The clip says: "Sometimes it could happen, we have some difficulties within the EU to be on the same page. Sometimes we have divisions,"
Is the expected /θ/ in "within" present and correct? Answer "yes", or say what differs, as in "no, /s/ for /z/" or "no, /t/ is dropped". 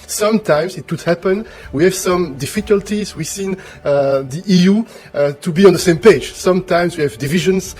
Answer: no, /s/ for /θ/